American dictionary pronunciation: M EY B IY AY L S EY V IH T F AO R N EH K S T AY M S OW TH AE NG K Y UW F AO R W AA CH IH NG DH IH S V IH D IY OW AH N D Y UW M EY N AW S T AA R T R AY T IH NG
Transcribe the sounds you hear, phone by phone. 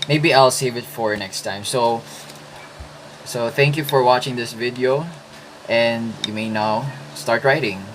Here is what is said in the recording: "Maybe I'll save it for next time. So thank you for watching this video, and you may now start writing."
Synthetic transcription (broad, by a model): M EY B IY AY L S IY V IH T F AO R N EH K S T AY M S OW TH AE NG K Y UW F AO R W AA CH IH NG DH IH S V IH D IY OW AH N D Y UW M EY N AW S T AA R T R AY T IH NG